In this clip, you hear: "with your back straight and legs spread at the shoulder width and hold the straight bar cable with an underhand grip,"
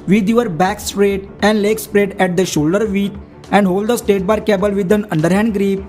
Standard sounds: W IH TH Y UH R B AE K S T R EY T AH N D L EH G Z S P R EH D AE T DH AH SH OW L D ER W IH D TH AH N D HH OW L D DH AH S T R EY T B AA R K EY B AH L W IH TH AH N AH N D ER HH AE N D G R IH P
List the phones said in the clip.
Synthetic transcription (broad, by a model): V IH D Y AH R B AE K S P R EY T AH N D L EH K S P R EH D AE T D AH SH OW L D ER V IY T AH N D HH OW L D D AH S T EY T B AA R K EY B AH L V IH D AH N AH N D ER HH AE N D G R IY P